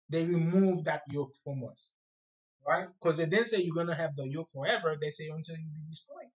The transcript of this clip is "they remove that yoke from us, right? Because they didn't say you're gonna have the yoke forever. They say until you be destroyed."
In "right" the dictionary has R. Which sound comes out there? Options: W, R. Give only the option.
R